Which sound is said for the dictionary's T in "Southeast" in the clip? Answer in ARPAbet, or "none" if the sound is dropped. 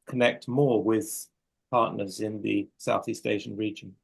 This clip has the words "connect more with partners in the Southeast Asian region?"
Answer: T